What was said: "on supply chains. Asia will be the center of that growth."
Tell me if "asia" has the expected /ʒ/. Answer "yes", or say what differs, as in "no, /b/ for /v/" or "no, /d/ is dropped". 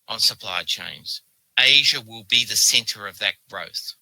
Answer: yes